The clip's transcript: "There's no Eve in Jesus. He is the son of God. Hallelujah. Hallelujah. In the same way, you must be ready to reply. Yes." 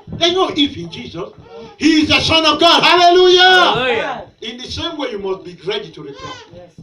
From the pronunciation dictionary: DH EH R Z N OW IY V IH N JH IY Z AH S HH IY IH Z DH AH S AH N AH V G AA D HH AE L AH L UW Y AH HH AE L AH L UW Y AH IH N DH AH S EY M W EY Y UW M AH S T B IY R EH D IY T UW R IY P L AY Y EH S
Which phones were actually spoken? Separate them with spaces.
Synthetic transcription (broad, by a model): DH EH N OW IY F IH N JH IY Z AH S HH IY IH Z DH AH S AH N AH V G AA D HH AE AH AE L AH L UW Y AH IH N DH AH S EY M W EY Y UW M AH S T B IY R EH D IY T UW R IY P AY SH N